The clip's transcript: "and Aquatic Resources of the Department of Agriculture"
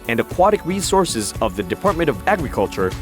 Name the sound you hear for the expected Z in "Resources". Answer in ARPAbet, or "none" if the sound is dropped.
Z